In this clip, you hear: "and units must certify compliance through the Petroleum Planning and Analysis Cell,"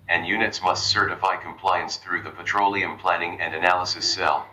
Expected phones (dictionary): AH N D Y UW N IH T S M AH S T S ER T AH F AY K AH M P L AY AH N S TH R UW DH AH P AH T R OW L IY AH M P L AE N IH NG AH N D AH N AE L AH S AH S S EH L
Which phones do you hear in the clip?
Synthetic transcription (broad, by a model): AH N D Y UW N IH T S M AH S T S ER T AH F AY K AH M P L AY AH N S TH R UW DH AH P AH T R OW L IY AH M P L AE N IH NG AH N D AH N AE L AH S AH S S EH L